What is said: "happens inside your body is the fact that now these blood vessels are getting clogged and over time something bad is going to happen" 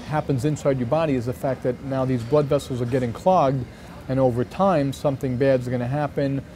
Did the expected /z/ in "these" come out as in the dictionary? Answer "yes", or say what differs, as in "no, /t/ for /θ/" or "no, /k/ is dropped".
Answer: yes